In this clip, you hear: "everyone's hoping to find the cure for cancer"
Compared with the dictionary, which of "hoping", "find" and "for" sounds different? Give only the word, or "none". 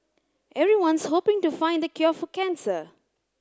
for